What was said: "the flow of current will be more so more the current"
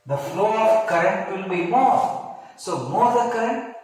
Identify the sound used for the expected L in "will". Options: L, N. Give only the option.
L